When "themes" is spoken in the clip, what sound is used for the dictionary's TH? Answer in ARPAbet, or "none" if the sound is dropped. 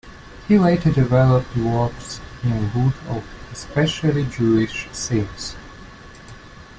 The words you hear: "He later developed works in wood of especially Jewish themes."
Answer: S